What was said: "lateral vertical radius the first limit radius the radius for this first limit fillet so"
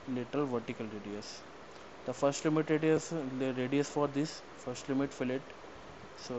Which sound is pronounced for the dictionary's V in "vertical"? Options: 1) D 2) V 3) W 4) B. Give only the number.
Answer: 2